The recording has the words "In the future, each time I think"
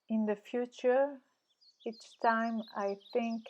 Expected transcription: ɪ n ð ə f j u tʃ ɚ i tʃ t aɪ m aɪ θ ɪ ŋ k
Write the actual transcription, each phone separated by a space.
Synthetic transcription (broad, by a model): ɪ n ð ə f j u tʃ ɚ i tʃ t aɪ m aɪ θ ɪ ŋ k